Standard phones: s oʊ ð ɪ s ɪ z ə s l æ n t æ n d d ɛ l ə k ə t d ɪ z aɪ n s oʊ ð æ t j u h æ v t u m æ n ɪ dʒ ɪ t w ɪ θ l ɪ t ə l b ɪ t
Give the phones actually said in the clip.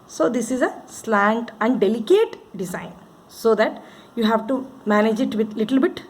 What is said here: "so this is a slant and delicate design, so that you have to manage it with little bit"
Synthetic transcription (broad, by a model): s oʊ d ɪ s ɪ z ə s l æ n t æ n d d ɛ l ə k ə t d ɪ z aɪ n s oʊ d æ t j u h æ v t u m æ n ɪ dʒ ɪ t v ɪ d l ɪ t ə l b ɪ t